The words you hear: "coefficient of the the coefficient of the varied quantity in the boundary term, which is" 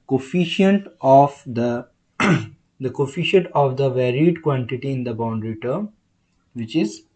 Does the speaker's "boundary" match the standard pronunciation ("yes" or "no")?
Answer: yes